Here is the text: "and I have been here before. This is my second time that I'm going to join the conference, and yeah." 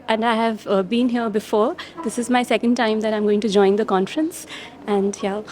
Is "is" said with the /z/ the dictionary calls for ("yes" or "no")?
yes